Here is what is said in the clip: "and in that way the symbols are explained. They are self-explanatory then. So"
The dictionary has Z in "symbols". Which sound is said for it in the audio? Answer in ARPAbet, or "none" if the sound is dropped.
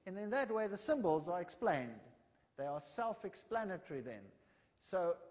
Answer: Z